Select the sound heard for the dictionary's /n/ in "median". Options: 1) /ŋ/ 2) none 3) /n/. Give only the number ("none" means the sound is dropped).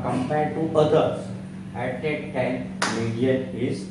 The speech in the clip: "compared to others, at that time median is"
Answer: 2